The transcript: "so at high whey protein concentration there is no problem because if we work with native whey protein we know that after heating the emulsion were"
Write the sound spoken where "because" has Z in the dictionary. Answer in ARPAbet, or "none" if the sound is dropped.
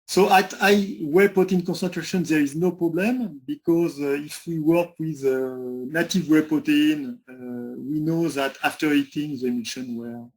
Z